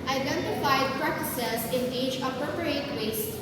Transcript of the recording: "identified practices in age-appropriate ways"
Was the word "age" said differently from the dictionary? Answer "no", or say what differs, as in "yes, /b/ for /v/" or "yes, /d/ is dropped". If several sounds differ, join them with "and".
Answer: yes, /tʃ/ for /dʒ/